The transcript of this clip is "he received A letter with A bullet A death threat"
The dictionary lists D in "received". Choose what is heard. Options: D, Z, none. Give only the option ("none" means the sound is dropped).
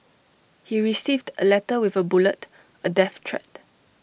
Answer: D